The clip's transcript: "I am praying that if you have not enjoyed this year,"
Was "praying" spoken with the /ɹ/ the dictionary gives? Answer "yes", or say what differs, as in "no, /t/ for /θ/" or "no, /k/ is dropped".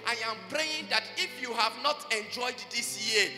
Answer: yes